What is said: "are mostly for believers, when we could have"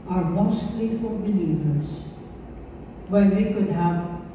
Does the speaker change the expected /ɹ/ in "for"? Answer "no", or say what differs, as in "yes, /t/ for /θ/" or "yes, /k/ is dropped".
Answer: yes, /l/ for /ɹ/